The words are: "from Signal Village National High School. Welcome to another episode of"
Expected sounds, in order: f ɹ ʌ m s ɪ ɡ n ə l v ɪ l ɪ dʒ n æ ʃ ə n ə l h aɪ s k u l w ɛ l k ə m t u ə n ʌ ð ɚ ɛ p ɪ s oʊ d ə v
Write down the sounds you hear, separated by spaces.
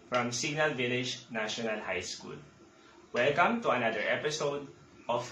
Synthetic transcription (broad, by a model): f ɹ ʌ m s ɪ ɡ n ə l v ɪ l ɪ dʒ n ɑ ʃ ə n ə l h aɪ s k u l w ɛ l k ə m t u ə n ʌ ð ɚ ɛ p ɪ s oʊ d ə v